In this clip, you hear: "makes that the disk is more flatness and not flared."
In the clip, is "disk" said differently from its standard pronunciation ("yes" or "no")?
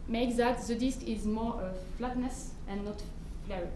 no